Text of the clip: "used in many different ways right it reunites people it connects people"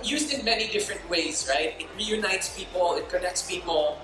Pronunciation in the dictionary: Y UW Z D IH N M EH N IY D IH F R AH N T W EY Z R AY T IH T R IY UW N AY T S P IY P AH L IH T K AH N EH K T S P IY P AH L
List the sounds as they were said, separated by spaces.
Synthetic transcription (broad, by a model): Y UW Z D IH N M EH N IY D IH F R AH N T W EY Z R AY T IH T R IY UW N AY T S P IY P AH L IH T K AH N EH K T S P IY P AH L